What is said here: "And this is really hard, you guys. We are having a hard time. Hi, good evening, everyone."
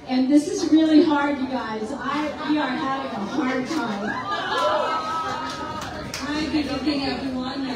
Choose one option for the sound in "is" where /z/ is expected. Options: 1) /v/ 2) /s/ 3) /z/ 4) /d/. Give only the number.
3